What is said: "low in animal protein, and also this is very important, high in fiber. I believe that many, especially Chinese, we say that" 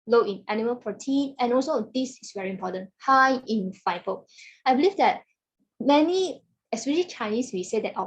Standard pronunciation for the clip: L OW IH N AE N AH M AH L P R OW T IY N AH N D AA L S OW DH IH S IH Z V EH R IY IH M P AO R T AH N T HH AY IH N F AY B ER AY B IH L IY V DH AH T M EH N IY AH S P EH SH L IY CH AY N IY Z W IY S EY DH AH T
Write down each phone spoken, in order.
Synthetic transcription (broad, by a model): L OW IH N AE N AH M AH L P R OW T IY N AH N AA L S OW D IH S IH S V EH R IY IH M P AO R T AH N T HH AY IH N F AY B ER AY B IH L IY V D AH T M EH N IY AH S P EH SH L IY CH AY N IY S W IY S EY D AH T